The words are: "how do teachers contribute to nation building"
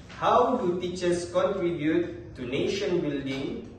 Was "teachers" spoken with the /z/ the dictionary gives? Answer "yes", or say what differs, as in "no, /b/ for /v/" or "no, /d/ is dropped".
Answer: no, /s/ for /z/